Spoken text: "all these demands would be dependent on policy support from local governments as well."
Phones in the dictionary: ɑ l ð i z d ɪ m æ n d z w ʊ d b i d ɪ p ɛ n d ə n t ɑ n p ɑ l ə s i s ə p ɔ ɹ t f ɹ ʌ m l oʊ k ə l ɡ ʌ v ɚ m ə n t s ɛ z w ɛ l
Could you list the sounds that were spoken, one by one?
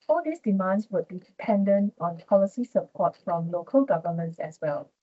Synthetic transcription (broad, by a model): ɑ l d i s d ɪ m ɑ n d s w ʊ d b i d ɪ p ɛ n d ə n t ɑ n p ɑ l ə s i s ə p ɔ t f ɹ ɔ m l oʊ k ə l ɡ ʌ v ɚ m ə n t s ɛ s w ɛ l